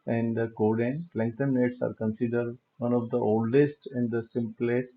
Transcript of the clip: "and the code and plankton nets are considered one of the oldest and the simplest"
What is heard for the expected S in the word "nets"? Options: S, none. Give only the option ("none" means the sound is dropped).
S